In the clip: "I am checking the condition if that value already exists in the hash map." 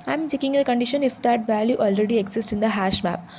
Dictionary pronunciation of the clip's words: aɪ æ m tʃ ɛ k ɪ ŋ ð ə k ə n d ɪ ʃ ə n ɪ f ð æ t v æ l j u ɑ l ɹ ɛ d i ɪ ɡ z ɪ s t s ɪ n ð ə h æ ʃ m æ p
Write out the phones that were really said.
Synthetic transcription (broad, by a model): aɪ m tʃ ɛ k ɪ ŋ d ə k ə n d ɪ ʃ ə n ɪ f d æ t v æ l j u ɑ l ɹ ɛ d i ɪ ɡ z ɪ s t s ɪ n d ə h æ ʃ m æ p